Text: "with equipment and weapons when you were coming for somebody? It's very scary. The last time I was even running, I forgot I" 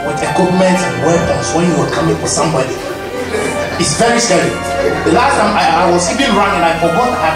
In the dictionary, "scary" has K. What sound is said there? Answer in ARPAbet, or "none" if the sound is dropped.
none